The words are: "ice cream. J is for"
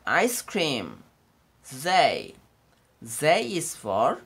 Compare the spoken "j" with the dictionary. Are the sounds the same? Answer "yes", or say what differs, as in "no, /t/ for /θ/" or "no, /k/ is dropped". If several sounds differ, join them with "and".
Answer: no, /z/ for /dʒ/